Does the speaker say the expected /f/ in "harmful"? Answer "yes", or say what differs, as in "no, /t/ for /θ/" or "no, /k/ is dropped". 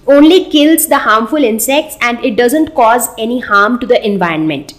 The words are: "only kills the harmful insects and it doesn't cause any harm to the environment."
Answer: yes